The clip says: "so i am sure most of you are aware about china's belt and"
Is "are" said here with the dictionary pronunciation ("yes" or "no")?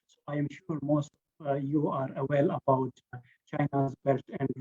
yes